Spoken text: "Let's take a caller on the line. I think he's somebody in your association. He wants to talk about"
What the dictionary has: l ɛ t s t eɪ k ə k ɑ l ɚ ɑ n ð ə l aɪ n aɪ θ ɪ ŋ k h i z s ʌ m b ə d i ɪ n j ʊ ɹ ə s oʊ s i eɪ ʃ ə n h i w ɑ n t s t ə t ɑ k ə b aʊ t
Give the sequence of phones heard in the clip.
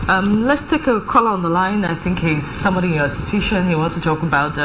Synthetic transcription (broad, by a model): l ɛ t s t eɪ k ə k ɑ l ɚ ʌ n ð ə l aɪ n aɪ θ ɪ ŋ k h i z s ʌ m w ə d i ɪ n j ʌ ɹ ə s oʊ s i ʃ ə n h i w ɑ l s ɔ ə t ɑ k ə b aʊ t